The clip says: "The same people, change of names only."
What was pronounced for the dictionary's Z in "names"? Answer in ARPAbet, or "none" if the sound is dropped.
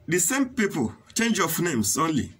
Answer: S